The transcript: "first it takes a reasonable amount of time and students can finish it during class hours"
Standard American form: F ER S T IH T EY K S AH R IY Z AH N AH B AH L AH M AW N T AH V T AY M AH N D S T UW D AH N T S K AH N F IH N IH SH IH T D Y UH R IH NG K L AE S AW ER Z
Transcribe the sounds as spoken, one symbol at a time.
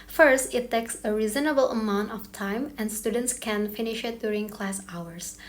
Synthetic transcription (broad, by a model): F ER S T IH T EY K S AH R IY Z AH N AH B AH L AH M AW N T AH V T AY M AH N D S T UW D AH N T S K AH N F IH N IH SH IH T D Y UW R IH NG K L AE S AW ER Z